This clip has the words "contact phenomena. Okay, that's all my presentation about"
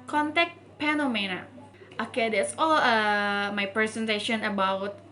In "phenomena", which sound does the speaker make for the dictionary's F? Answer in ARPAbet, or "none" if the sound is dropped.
P